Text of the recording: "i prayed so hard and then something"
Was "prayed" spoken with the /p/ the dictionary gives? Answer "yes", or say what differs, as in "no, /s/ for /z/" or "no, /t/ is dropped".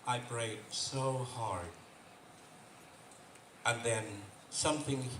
no, /b/ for /p/